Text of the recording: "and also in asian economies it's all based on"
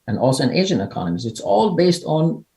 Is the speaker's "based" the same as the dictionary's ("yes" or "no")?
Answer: yes